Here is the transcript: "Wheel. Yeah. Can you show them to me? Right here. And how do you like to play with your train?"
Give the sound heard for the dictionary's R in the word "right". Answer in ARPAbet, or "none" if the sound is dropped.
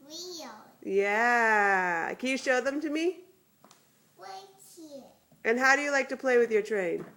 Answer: W